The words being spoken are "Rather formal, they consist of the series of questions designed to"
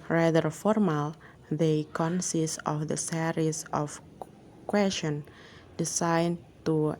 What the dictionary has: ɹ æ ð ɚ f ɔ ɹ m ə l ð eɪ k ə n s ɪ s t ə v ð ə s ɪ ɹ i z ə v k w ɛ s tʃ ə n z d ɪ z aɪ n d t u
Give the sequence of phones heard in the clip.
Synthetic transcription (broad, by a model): ɹ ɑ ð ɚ f ɔ ɹ m ə l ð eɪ k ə n s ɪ s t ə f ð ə s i ɹ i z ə f k w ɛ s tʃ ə n d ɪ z aɪ n t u